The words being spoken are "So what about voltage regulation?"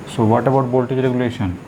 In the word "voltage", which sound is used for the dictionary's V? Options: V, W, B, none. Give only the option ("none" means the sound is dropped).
B